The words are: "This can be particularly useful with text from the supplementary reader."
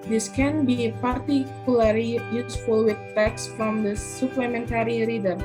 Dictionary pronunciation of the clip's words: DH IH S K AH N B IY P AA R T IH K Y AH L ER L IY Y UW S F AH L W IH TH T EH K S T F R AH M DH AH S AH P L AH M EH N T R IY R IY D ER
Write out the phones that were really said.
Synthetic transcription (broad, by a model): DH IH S K AH N B IY P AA R T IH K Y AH L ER L IY Y UW S F AH L W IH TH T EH K S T F R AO M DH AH S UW P L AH M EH N T R IY R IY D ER